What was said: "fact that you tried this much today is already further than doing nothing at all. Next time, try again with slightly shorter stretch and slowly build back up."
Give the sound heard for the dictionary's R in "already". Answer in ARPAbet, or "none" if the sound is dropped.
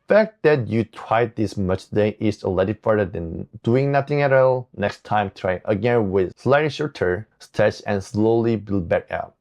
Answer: none